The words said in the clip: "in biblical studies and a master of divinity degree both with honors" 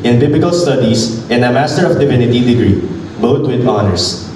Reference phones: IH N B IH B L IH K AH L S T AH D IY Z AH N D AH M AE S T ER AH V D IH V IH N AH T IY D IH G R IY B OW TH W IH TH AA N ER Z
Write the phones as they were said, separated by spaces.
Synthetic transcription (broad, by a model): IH N B IH B L IH K AH L S T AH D IY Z AH N D AH M AE S T ER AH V D IH V IH N AH T IY D IH G R IY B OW T W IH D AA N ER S